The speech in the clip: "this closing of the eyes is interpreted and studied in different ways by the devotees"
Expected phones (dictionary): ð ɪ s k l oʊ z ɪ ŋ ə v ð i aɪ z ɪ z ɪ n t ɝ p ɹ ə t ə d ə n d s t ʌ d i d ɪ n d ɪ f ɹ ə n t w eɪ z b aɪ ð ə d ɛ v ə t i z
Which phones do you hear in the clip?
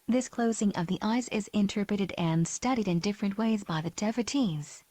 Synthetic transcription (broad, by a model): ð ɪ s k l oʊ z ɪ ŋ ə v ð i aɪ z ɪ z ɪ n t ɝ p ɹ ə t ə d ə n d s t ʌ d i d ɪ n d ɪ f ɹ ə n t w eɪ z b aɪ ð ə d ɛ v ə t i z